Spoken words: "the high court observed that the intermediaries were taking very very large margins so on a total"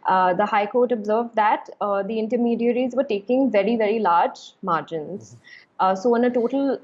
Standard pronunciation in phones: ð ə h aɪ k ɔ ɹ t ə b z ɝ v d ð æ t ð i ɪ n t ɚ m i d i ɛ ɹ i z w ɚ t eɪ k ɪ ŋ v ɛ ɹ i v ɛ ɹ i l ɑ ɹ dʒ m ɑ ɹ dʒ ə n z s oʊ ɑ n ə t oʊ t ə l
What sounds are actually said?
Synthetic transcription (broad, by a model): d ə h aɪ k ɔ ɹ t ə b z ɝ v d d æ t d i ɪ n t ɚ m i d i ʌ ɹ i z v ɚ t eɪ k ɪ ŋ v ɛ ɹ i v ɛ ɹ i l ɑ ɹ dʒ m ɑ ɹ dʒ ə n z s oʊ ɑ n ə t oʊ t ə l